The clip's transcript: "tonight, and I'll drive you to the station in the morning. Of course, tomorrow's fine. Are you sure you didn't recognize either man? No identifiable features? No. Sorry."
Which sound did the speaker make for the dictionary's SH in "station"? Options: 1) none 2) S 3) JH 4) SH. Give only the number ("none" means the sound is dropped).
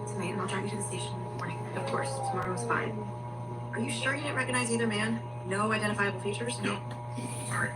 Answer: 1